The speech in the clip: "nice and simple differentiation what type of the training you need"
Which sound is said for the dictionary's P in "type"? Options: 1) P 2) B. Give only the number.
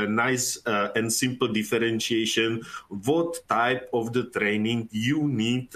1